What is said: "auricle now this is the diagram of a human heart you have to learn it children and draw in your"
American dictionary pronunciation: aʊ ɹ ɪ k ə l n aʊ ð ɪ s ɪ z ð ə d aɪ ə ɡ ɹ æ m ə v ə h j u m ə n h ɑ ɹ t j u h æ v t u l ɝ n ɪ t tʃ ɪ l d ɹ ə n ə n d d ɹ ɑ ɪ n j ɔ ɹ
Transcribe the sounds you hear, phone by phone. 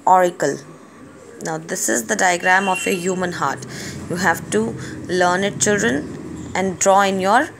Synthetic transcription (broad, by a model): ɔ ɹ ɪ k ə l n aʊ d ɪ s ɪ z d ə d aɪ ə ɡ ɹ æ m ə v ə h j u m ə n h ɑ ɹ t j u h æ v t u l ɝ n ɪ t tʃ ɪ l d ɹ ə n ə n d d ɹ ɑ ɪ n j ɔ ɹ